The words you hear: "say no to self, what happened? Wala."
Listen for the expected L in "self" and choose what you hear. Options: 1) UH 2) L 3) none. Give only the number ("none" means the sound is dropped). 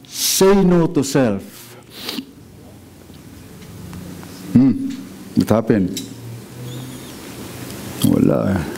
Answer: 2